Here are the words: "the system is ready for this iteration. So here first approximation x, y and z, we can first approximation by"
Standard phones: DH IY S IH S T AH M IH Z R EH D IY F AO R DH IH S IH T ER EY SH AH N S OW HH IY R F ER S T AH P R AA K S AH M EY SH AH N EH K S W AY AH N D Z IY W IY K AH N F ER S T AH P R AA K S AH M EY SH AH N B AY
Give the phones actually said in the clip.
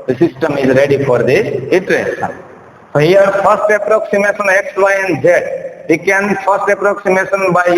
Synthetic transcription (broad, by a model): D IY S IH S T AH M IH Z R EH D IY F AO R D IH IH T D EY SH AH N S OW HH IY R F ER S T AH P R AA K S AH M EY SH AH N EH K S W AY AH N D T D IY K AH N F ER S T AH P R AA K S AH M EY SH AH N B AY